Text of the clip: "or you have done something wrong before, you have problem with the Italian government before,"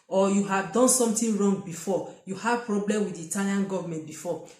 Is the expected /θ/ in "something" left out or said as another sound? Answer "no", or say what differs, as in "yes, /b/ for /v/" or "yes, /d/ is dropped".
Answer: yes, /t/ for /θ/